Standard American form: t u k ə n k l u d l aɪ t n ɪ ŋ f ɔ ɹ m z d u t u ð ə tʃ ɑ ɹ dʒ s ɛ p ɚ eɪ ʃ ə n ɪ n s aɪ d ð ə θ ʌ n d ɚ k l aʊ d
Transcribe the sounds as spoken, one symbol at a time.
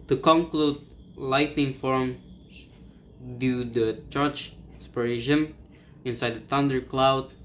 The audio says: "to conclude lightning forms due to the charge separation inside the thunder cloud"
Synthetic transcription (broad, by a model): t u k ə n k l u d l aɪ t n ɪ ŋ f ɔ ɹ m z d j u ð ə tʃ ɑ ɹ tʃ s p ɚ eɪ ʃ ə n ɪ n s aɪ d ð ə θ ʌ n d ɚ k l aʊ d